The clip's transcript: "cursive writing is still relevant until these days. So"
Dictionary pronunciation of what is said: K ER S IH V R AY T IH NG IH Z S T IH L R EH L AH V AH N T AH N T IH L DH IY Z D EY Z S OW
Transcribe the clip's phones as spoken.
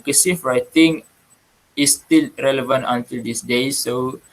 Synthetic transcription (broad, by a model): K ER S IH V R AY T IH NG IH S T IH L R EH L AH V AH N T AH N T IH L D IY S D EY S OW